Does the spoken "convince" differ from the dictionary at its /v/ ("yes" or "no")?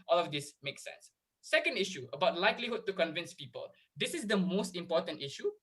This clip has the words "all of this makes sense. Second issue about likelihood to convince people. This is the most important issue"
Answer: no